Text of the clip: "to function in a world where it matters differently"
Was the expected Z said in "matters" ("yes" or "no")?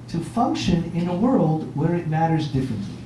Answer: yes